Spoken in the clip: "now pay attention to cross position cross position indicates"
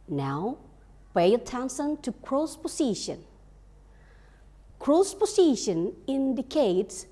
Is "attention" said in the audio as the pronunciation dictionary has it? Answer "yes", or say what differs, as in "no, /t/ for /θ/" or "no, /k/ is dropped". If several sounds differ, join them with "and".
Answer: no, /s/ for /ʃ/